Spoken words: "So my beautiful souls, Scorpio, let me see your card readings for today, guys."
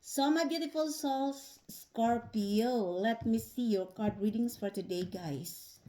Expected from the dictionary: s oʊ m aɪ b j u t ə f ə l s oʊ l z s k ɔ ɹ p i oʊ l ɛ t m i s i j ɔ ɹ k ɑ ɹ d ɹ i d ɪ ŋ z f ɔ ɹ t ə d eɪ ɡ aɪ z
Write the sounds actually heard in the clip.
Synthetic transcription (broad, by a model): s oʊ m aɪ b j u t ə f ə l s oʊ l s k ɔ ɹ p i oʊ l ɛ t m i s i j ɔ ɹ k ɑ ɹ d ɹ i d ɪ ŋ s f ɔ ɹ t ə d eɪ ɡ aɪ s